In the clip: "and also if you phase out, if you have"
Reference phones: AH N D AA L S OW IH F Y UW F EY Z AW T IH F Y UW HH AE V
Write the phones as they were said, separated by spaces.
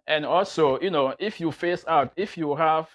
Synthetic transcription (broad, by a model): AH N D AA L S OW IH F Y UW F EY S AW T IH F Y UW HH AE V